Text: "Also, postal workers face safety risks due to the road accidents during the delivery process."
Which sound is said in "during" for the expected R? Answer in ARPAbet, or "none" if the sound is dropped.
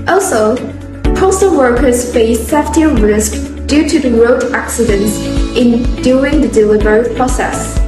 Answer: none